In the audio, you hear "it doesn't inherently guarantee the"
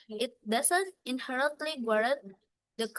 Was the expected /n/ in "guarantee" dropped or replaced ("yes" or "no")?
yes